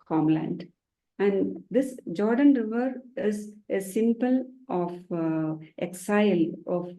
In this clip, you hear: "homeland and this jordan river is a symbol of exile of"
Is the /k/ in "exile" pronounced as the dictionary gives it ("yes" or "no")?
yes